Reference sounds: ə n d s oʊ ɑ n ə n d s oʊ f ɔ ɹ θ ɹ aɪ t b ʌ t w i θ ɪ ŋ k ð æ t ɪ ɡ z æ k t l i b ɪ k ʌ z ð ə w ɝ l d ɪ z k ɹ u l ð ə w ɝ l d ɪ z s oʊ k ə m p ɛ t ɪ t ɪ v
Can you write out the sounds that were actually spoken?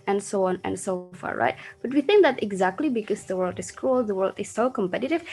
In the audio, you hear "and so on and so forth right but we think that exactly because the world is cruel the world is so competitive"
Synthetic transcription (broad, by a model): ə n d s oʊ ɑ n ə n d s oʊ f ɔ ɹ ɹ aɪ t b ʌ t w i θ ɪ ŋ k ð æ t ɪ ɡ z æ k t l i b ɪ k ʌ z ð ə w ɝ l d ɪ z k ɹ u l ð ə w ɝ l d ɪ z s oʊ k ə m p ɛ t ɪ t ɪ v